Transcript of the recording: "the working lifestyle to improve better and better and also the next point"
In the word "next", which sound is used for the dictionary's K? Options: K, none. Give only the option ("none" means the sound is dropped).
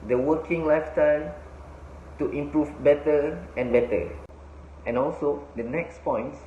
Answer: K